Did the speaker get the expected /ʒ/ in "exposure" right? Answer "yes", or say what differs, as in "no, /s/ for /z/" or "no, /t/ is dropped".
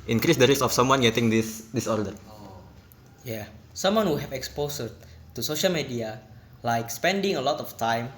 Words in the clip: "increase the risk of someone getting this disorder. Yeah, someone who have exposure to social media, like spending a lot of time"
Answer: no, /s/ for /ʒ/